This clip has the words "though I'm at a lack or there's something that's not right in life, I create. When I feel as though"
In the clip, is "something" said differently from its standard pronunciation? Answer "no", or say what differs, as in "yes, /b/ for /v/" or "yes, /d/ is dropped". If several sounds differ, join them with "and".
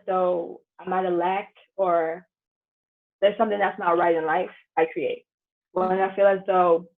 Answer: no